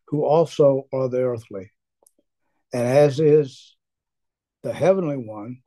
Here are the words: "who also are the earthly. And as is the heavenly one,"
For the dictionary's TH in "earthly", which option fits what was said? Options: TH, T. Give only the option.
TH